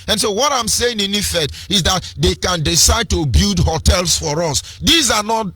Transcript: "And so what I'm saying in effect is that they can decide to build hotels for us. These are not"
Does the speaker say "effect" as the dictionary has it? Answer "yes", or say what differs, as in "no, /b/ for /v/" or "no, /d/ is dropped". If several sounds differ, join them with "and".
no, /k/ is dropped